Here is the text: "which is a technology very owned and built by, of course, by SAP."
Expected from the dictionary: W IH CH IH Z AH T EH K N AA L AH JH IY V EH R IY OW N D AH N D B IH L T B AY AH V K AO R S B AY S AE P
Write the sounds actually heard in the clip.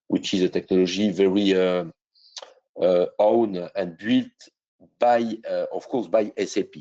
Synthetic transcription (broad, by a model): W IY CH IH Z AH T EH K N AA L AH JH IY V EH R IY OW N AH N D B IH L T B AY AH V K AO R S B AY S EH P